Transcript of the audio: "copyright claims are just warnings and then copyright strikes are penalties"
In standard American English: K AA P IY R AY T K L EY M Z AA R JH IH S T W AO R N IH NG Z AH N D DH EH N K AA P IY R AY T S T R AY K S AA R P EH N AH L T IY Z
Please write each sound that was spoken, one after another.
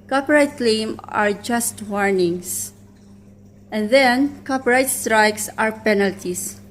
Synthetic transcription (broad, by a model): K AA P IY R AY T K L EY M AA R JH IH S T W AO R N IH NG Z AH N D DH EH N K AA P IY R AY T S T R AY K S AA R P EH N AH L T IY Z